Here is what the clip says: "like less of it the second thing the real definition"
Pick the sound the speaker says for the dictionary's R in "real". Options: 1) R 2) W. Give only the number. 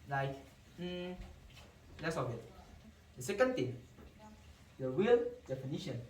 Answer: 2